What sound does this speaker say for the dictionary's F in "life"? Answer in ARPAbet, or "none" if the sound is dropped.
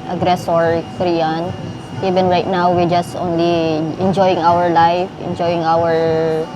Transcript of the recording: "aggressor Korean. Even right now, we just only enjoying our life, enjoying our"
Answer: F